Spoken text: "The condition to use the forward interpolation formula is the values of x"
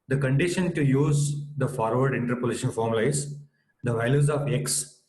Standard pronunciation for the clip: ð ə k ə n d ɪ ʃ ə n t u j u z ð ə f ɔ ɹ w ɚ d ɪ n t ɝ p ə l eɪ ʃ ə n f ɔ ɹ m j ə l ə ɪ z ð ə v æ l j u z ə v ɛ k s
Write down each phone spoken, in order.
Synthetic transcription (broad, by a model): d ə k ə n d ɪ ʃ ə n t u j u z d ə f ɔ ɹ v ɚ d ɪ n t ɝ p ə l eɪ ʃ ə n f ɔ ɹ m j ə l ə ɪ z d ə v æ l j u z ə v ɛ k s